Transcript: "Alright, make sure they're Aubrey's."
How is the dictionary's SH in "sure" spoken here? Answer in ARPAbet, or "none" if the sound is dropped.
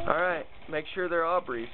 SH